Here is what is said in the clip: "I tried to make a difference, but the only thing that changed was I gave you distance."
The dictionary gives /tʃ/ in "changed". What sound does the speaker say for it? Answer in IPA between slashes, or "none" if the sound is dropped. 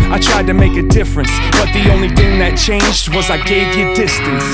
/tʃ/